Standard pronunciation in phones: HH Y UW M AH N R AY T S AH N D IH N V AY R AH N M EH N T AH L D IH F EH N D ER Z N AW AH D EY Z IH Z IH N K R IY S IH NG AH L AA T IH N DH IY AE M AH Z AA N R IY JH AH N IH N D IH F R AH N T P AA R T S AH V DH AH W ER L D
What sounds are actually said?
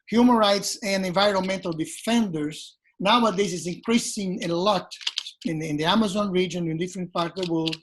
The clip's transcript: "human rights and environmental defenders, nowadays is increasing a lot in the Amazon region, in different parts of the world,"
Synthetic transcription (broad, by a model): HH Y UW M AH N R AY T S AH N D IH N V AY R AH N M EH N T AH L D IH F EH N D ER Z N AW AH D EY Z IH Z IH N K R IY S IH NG AH L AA T IH N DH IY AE M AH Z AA N R IY JH AH N IH N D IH F R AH N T P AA R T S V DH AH W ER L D